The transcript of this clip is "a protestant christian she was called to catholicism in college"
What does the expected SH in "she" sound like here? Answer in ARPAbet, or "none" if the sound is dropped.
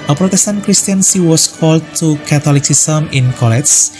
S